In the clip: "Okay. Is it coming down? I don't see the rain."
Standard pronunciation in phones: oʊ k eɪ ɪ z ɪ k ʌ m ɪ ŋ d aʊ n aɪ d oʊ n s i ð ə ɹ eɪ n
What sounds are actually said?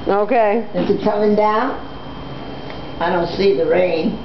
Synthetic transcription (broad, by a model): oʊ k eɪ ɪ s ɪ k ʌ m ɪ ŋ d aʊ n aɪ d oʊ n s i ð ə ɹ eɪ n